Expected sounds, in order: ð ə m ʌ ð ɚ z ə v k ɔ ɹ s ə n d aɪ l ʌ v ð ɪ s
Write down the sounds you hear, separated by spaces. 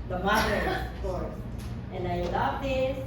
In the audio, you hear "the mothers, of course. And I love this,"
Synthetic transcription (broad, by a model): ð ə m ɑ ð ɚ ə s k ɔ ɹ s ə n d aɪ l ʌ v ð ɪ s